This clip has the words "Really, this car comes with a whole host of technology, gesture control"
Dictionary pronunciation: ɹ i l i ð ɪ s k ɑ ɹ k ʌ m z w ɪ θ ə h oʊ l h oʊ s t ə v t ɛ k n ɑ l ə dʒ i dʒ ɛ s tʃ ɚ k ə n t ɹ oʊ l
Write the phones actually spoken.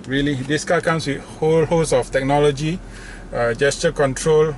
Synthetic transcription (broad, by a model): ɹ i l i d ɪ s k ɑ k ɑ m s w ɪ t h oʊ l h oʊ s ə f t ɛ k n ɑ l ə dʒ i dʒ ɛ s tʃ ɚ k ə n t ɹ oʊ l